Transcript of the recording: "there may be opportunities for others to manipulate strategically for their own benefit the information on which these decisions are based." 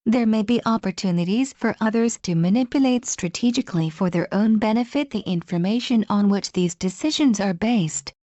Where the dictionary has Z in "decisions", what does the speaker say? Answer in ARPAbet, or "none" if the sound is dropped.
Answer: Z